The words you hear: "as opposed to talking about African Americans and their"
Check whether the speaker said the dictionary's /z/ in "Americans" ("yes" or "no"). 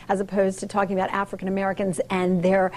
yes